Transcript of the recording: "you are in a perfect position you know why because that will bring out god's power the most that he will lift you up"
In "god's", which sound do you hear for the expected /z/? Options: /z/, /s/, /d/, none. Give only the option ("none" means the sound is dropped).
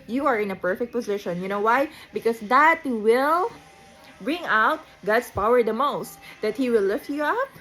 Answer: /s/